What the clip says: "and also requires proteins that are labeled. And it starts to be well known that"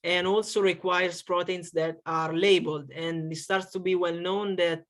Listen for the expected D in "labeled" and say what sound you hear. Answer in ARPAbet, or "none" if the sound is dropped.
D